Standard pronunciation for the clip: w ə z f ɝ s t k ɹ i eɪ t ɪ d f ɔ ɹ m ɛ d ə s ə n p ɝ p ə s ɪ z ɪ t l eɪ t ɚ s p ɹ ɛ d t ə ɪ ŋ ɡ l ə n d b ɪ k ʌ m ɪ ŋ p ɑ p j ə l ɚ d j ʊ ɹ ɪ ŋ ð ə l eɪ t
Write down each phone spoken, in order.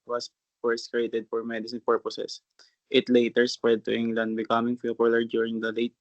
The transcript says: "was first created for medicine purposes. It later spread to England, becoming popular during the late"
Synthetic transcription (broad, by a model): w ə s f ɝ s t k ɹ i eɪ t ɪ d f ɔ ɹ m ɛ d ə s ə n p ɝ p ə s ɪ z ɪ t l eɪ t ɚ s p ɹ ɛ d t ə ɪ ŋ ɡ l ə n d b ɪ k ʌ m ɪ ŋ f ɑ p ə l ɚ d j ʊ ɹ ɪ ŋ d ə l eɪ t